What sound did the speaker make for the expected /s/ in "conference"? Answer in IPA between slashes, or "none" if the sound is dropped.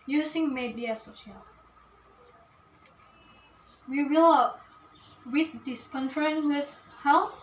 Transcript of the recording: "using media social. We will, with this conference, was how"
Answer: none